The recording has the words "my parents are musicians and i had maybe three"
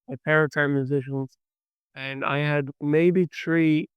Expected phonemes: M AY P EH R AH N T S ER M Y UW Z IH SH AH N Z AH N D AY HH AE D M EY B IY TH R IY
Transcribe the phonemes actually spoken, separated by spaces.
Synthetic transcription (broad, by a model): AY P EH R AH T ER M Y UW Z IH SH AH N Z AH N AY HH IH D M EY B IY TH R IY